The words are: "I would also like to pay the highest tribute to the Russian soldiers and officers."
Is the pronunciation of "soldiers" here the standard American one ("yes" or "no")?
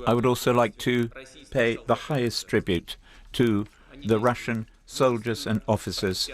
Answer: yes